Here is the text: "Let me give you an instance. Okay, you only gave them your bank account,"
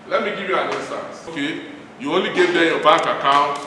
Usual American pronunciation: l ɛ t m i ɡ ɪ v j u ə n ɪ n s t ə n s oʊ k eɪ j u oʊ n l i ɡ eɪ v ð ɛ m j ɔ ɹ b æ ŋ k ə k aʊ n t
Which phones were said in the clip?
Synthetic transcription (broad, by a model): l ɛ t m i ɡ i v j u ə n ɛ s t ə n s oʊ k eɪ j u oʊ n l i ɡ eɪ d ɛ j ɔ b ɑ k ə k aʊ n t